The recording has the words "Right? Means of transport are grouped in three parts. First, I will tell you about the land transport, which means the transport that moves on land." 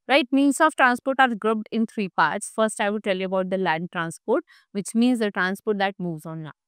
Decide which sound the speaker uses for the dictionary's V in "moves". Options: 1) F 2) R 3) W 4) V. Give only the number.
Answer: 4